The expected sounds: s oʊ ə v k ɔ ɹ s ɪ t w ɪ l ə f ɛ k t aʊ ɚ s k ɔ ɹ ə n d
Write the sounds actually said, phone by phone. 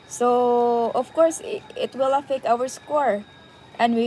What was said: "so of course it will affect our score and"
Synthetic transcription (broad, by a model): s oʊ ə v k ɔ ɹ s ɪ t w ɪ l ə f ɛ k aʊ ɚ s k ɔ ɹ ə n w